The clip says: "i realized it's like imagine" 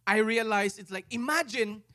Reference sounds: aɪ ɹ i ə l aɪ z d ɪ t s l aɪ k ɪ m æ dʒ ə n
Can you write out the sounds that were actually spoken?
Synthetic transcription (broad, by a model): aɪ ɹ i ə l aɪ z ɪ t s l aɪ k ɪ m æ dʒ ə n